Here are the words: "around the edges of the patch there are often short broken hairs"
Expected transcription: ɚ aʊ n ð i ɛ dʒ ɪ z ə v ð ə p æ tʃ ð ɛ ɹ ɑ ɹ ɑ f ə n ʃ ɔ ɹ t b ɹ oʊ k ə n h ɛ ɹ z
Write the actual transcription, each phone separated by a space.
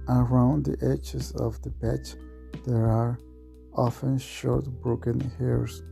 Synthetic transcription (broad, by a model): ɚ aʊ n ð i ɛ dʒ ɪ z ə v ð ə b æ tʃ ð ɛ ɹ ɑ ɹ ɑ f ə n ʃ ɔ ɹ t b ɹ oʊ k ə n h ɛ ɹ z